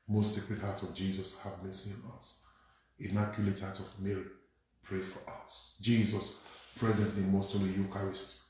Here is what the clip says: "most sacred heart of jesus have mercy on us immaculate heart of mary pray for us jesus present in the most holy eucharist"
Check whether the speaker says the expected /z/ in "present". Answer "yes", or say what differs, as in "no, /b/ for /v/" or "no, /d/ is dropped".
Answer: yes